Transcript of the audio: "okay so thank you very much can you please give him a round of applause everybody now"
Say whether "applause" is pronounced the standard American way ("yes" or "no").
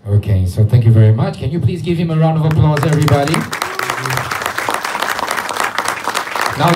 yes